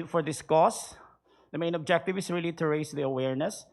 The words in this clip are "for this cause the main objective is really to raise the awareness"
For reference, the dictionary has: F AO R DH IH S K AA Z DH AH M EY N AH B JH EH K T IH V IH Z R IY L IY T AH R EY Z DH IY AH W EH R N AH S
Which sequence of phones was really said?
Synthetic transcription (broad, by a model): F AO R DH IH S K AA S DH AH M EY N AH B JH EH K T IH V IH S R IY L IY T AH R EY S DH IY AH W EH R N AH S